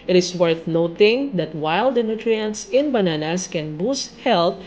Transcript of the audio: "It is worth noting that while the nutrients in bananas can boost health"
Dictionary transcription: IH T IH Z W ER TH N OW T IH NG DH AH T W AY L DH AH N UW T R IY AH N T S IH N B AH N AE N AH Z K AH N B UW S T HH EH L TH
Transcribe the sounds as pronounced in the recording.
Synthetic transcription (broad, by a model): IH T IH S W ER TH N OW T IH NG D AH T W AY L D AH N UW T R IY AH N T S IH N B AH N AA N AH S K AH N B UW S T HH EH L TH